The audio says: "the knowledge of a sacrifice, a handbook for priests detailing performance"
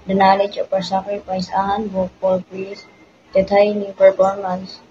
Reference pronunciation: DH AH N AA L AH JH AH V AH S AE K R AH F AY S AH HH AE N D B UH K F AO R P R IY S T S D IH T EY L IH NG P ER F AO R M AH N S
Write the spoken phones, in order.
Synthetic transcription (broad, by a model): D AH N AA L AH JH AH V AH S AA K R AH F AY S AH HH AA N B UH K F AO L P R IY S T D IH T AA N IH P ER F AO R M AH N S